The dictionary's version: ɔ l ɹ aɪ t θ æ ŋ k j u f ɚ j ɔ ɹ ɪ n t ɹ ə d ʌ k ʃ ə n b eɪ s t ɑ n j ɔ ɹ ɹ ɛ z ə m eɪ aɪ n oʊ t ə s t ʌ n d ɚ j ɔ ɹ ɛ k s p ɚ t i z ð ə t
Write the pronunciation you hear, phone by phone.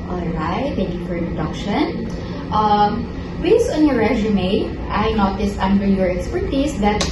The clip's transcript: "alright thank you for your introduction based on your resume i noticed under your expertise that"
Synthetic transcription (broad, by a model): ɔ l ɹ aɪ t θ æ ŋ k j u f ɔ ɹ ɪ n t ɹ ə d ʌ k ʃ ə n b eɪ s ɑ n j ɔ ɹ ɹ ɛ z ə m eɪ aɪ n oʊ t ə s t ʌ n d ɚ j ɔ ɹ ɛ k s p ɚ t i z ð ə t